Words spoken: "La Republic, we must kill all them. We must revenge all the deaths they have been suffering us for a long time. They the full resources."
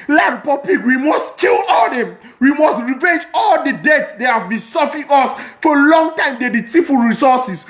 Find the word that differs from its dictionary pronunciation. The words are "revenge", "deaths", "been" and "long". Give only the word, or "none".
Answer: deaths